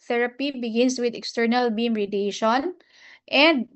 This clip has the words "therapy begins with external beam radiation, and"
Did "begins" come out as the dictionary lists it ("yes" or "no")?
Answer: no